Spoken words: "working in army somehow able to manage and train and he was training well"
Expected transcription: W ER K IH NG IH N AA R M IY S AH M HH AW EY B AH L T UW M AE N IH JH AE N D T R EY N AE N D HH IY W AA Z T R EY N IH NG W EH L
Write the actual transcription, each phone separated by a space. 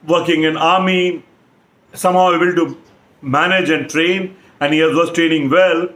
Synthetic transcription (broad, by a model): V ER K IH NG IH N AA R M IY S AH M HH AW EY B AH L T UW M AE N IH JH AE N D T R EY N AE N D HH IY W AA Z T R EY N IH NG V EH L